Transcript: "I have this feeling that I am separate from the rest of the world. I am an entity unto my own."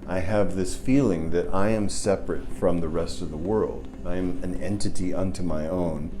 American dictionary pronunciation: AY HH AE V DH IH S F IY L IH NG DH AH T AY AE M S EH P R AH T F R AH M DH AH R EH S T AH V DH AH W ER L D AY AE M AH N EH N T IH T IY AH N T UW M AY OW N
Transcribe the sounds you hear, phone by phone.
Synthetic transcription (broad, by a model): AY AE V DH IH S F IY L IH NG DH AH T AY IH M S EH P R AH T F R AH M DH AH R EH S T AH V DH AH W ER L D AY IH M AH N EH N T IH T IY AH N T UW M AY OW N